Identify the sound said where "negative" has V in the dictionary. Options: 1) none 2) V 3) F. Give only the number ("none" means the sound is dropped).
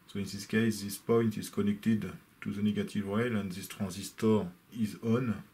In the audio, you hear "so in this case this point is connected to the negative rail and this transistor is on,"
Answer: 2